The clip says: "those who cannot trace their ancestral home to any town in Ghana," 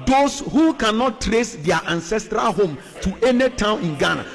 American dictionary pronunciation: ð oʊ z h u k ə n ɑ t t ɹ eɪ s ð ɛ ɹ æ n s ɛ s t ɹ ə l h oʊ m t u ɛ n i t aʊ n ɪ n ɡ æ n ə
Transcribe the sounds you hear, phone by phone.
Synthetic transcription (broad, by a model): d oʊ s h u k ə n ɑ t t ɹ eɪ s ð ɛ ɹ æ n s ɛ s t ɹ ə l h oʊ m t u ɛ n i t aʊ n ɪ n ɡ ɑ n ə